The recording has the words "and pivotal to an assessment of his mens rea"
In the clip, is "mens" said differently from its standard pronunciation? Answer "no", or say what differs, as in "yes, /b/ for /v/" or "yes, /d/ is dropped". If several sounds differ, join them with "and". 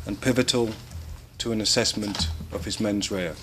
no